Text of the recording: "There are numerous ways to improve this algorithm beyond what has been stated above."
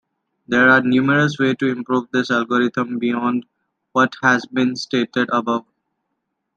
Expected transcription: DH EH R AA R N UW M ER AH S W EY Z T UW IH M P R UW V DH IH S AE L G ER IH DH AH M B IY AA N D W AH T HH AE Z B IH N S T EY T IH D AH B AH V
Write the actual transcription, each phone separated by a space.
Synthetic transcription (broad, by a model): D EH R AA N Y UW M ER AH S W EY T UW IH M P R UW V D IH S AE L G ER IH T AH M B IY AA N D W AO T HH AE Z B IH N S T EY T IH D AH B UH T